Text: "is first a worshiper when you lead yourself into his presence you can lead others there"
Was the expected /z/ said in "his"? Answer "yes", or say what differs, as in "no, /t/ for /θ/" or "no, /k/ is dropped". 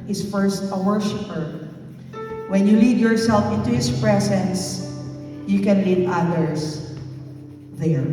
no, /s/ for /z/